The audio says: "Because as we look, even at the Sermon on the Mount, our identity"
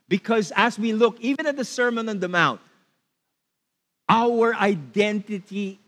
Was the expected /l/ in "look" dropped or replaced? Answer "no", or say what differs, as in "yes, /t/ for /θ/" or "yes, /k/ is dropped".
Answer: no